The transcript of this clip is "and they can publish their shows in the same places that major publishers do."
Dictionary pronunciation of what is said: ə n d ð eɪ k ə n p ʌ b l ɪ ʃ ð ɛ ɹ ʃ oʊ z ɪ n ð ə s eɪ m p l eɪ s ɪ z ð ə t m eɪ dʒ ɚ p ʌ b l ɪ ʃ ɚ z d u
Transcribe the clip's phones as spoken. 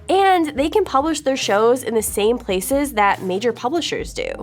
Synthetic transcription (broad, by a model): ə n ð eɪ k ə n p ʌ b l ɪ ʃ ð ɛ ɹ ʃ oʊ z ɪ n ð ə s eɪ m p l eɪ s ɪ z ð ə t m eɪ dʒ ɚ p ʌ b l ɪ ʃ ɚ z d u